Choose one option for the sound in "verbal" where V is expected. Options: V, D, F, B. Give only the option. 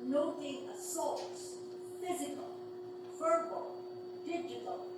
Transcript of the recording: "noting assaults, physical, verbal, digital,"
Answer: F